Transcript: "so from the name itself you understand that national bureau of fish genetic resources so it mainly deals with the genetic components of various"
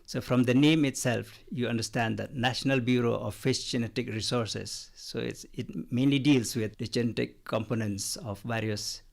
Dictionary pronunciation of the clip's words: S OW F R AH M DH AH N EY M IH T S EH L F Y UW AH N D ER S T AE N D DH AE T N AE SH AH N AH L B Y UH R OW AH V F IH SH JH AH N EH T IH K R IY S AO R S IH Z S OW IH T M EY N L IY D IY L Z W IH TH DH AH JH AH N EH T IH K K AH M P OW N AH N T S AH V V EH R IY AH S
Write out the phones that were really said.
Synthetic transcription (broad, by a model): S OW F R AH M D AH N EY M IH T S EH L F Y UW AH N D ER S T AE N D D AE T N AE SH AH N AH L B Y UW R OW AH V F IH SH JH AH N EH T IH K R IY S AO R S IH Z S OW IH T M EY N L IY D IY L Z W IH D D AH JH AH N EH T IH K K AH M P OW N AH N T S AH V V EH R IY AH S